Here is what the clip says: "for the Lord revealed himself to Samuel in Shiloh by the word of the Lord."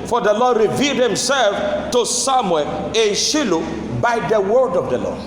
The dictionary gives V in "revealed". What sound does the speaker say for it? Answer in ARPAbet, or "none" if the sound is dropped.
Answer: V